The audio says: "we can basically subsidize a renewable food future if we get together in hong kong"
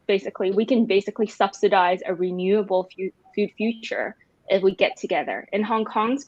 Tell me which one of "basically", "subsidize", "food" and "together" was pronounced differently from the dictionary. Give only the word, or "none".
none